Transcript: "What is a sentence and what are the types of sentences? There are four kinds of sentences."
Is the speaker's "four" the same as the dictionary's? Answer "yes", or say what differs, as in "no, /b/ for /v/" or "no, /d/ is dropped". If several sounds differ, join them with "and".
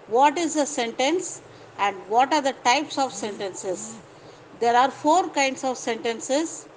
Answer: yes